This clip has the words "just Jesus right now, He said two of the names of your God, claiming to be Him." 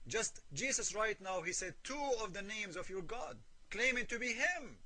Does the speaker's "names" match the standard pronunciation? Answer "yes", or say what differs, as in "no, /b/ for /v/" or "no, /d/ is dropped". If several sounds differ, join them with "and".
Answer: yes